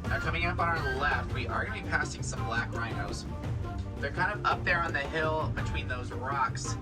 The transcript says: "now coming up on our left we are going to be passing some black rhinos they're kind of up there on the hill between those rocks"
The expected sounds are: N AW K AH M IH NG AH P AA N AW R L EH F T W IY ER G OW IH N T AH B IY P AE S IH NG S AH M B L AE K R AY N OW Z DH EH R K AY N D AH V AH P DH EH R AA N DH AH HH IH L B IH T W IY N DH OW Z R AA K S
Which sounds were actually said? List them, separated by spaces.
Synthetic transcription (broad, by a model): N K AH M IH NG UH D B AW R L EH F T W IY ER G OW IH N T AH B IY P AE S IH NG S AH M B L AE K R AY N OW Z DH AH R K AY N D AH V AH P DH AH R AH N DH AH HH IH L B IH T W IY N DH OW Z R AA K S